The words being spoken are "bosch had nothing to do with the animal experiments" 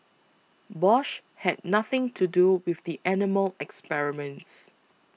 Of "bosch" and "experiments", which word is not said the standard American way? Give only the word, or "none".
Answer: none